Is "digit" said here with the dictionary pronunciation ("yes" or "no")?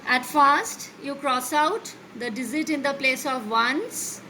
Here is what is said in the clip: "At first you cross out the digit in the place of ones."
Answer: no